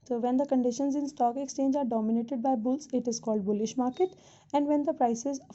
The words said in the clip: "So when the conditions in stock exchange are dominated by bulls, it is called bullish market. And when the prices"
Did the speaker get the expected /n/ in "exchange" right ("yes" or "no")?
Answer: yes